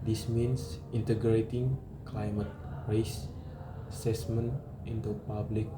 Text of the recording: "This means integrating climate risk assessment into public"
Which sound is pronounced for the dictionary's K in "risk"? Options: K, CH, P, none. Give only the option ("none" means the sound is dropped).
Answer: none